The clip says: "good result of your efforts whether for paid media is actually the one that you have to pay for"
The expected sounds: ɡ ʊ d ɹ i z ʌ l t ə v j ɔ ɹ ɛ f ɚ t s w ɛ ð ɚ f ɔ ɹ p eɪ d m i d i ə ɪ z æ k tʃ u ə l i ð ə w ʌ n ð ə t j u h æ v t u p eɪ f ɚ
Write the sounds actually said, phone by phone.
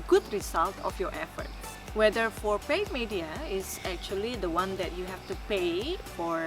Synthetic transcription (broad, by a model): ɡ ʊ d ɹ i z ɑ l t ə f j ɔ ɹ ɛ f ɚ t w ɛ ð ɚ f ɔ ɹ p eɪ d m i d i ə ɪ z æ k tʃ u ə l i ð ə w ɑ n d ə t j u h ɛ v t u p eɪ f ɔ